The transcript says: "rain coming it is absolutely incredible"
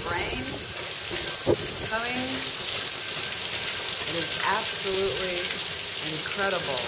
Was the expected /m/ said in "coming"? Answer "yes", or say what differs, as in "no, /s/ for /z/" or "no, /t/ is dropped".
no, /m/ is dropped